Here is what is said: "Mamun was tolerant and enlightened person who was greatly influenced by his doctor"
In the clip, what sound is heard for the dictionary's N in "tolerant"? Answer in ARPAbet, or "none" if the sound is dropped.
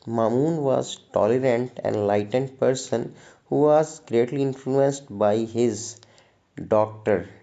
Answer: none